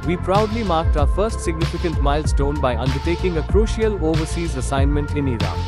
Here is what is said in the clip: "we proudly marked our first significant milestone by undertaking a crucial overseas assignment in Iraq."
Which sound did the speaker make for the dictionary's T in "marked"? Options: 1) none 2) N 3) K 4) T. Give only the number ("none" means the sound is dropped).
4